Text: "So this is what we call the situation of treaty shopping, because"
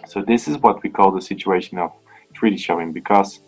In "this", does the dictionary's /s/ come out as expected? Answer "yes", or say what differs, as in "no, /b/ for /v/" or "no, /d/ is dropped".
yes